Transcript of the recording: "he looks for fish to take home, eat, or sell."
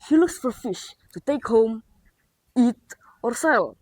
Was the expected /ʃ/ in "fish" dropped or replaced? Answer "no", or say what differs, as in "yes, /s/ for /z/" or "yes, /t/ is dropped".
no